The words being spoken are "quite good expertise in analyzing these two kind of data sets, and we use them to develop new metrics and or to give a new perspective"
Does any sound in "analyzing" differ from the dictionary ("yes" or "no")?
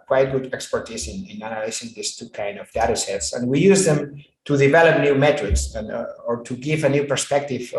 yes